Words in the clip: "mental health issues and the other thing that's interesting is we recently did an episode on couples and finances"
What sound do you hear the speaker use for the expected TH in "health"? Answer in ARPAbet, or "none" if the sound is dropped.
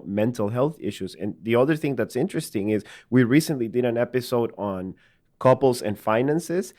TH